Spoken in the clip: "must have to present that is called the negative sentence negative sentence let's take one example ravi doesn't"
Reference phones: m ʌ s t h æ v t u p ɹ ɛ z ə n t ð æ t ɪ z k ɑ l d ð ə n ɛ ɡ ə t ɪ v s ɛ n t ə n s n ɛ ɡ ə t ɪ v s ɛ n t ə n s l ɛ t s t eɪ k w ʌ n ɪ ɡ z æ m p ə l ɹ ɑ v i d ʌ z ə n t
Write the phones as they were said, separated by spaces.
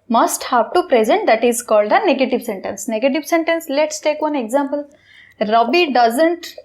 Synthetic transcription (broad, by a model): m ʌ s t h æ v t u p ɹ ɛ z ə n t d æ t ɪ z k ɑ l d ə n ɛ ɡ ə t ɪ v s ɛ n t ə n s n ɛ ɡ ə t ɪ v s ɛ n t ə n s l ɛ t s t eɪ k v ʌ n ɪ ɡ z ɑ m p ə l ɹ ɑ b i d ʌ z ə n t